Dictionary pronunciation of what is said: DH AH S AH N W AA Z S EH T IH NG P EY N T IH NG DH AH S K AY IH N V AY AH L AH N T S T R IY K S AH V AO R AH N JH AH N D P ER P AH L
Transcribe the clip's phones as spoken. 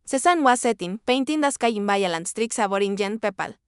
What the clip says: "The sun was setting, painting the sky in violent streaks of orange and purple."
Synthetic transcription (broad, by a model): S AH S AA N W AA S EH T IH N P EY N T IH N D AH S K AY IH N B AY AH L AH N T S T R IY K S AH B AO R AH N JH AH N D P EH P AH L